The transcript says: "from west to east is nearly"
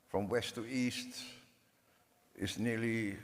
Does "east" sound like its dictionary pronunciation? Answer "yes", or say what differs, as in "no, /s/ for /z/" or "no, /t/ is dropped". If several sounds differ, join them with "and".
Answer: yes